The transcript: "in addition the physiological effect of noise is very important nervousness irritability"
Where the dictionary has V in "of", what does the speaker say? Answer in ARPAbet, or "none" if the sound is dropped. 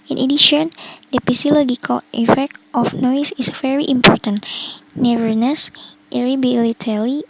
F